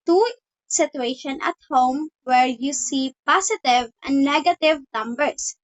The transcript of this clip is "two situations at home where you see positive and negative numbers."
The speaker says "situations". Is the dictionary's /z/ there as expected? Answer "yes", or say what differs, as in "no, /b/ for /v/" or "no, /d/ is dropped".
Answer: no, /z/ is dropped